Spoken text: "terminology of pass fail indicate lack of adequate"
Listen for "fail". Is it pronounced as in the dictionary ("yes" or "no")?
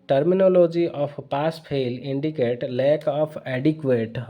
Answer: no